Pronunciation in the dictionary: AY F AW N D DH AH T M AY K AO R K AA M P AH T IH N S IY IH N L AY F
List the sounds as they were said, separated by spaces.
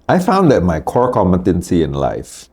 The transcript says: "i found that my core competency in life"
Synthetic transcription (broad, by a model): AY F AW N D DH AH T M AY K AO R K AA M AH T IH N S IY IH N L AY F